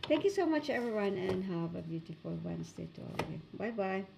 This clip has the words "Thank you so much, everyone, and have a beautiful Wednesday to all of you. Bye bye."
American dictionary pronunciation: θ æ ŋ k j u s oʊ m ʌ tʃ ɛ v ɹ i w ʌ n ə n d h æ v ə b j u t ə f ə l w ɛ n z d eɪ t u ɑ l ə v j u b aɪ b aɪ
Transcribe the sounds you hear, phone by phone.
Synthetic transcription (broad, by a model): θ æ ŋ k j u s oʊ m ʌ tʃ ɛ v ɹ i w ʌ n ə n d h æ v ə b j u t ə f ə l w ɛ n s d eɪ t u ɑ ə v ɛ b aɪ b aɪ